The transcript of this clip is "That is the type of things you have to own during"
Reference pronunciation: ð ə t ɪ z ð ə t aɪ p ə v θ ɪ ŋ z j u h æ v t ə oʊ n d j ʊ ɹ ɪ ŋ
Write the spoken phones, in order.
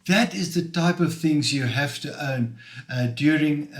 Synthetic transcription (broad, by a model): ð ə t ɪ z ð ə t aɪ p ə v θ ɪ ŋ z j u h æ f t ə oʊ n d j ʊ ɹ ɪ ŋ